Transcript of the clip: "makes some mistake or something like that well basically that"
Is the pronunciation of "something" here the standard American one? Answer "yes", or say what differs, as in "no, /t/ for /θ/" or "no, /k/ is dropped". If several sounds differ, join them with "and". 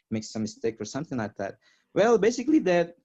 yes